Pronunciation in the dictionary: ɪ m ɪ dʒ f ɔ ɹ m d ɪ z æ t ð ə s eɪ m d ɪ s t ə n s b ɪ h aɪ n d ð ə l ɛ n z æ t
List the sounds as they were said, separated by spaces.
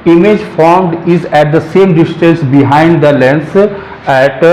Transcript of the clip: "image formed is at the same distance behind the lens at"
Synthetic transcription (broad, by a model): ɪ m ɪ dʒ f ɔ ɹ m d ɪ z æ t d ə s eɪ m d ɪ s t ə n s b ɪ h aɪ n d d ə l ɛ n s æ t